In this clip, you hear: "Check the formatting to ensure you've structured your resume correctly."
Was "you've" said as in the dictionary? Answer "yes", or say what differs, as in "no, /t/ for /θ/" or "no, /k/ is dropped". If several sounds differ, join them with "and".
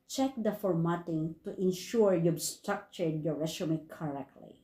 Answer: no, /b/ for /v/